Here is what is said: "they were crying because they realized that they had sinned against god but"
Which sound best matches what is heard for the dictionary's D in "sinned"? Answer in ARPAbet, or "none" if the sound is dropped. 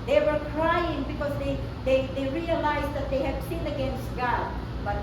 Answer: none